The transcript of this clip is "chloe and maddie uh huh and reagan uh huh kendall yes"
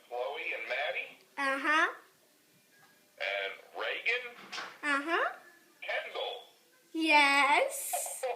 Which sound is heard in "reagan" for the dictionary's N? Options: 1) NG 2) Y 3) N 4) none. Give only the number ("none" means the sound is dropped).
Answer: 3